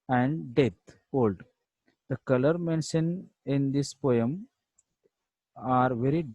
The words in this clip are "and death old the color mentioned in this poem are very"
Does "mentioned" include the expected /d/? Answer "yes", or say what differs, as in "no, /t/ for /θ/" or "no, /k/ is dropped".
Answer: no, /d/ is dropped